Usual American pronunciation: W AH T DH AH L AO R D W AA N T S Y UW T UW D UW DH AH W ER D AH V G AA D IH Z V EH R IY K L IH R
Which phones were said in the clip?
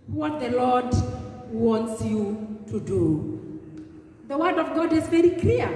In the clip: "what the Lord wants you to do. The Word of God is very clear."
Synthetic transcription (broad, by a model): W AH T DH AH L AO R D W AA N T S Y UW T UW D UW DH AH W ER D AH V G AA D IH Z V EH R IY K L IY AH